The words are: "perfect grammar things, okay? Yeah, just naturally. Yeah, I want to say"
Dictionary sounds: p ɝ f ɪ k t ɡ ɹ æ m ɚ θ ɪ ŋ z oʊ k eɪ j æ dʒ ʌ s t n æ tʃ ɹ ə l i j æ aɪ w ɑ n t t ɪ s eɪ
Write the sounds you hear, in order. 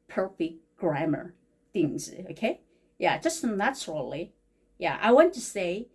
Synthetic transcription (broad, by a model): p ɝ f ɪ k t ɡ ɹ æ m ɚ θ ɪ ŋ z oʊ k eɪ j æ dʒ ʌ s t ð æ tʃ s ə l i j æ aɪ w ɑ n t t ɪ s eɪ